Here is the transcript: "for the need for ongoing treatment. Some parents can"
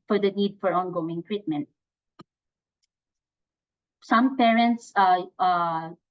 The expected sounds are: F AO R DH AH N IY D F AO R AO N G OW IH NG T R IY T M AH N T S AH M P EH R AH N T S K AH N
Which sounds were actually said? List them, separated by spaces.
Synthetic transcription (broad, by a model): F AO R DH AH N IY D F AO R AO N G OW IH NG T R IY T M AH N T S AH M P EH R AH N T S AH